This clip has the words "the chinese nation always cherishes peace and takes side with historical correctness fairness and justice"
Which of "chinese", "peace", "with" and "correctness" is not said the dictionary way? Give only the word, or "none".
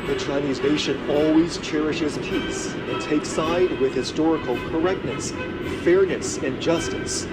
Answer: none